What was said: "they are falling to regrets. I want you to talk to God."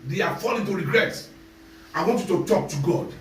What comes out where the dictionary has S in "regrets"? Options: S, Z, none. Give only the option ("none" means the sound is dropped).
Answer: none